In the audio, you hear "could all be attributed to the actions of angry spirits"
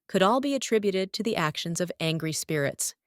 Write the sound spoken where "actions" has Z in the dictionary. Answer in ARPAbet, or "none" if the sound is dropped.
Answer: Z